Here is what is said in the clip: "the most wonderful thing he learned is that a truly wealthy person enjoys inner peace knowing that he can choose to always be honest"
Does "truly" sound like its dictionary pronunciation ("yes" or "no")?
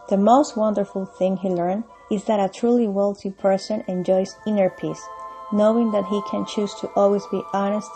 yes